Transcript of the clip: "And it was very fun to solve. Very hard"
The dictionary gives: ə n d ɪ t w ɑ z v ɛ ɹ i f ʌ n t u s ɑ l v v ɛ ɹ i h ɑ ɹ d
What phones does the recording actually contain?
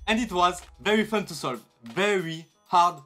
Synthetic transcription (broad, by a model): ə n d ɪ t w ɑ z v ɛ ɹ i f ʌ n t u s ɑ l v v ɛ ɹ i h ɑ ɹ d